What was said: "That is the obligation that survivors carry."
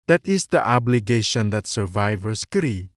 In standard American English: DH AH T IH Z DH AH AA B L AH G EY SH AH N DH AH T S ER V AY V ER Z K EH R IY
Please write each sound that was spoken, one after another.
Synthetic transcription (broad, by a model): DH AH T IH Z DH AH AA B L AH G EY SH AH N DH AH T S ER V AY V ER S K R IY